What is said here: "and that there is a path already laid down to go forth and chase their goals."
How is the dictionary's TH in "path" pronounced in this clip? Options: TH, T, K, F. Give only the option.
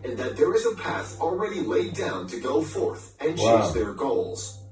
TH